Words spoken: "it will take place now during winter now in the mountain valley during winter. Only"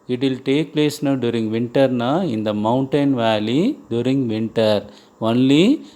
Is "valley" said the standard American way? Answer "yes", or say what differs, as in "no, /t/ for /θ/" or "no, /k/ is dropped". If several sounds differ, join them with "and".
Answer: yes